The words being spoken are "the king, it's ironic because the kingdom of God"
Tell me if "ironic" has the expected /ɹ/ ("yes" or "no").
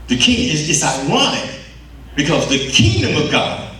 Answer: no